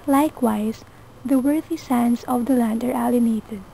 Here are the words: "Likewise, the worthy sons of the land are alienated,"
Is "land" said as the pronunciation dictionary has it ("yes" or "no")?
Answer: yes